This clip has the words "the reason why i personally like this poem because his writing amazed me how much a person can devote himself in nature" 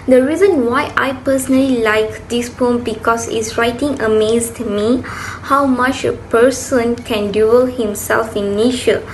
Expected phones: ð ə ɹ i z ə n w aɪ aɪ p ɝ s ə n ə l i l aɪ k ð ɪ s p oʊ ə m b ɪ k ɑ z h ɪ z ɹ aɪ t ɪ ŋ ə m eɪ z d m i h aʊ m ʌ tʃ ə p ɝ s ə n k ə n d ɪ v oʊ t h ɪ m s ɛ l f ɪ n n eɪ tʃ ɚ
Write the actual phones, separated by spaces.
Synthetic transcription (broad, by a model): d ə ɹ i z ə n w aɪ aɪ p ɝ s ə n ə l i l aɪ k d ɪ s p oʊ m b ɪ k ɑ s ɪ s ɹ aɪ t ɪ ŋ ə m eɪ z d m i h aʊ m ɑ tʃ ə p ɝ s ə n k ə n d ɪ oʊ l h ɪ m s ɛ l f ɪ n n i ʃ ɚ